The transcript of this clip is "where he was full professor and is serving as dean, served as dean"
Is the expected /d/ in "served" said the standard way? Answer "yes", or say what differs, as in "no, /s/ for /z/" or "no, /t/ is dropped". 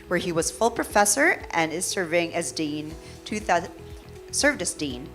yes